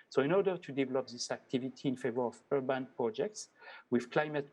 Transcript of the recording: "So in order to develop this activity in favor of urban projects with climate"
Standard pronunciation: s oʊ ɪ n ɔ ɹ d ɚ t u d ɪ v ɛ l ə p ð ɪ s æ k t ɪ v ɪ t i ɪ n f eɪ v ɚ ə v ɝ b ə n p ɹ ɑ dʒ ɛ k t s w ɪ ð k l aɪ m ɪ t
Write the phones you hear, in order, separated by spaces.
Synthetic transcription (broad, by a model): s oʊ ɪ n ɔ ɹ d ɚ t u d ɪ v ɛ l ə p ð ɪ s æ k t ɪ v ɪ t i ɪ n f eɪ v ɚ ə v ɝ b ə n p ɹ ɑ dʒ ɛ k t s w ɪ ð k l aɪ m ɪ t